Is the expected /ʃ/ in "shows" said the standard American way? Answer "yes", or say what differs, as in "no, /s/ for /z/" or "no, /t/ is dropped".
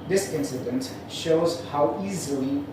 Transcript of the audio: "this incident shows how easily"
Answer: yes